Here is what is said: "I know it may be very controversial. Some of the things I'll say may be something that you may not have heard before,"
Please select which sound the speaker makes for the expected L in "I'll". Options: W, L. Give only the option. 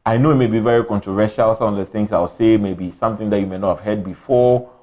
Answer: W